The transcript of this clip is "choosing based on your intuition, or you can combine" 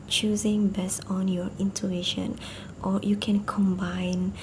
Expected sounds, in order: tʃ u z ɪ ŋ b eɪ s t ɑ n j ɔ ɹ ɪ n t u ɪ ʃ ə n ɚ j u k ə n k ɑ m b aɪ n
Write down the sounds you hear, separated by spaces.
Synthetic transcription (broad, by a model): tʃ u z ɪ ŋ b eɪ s ɑ n j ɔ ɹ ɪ n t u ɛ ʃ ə n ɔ j u k ə n k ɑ m b aɪ n